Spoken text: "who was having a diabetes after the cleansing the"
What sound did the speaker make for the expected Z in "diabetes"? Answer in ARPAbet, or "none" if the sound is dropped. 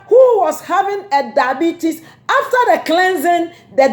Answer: S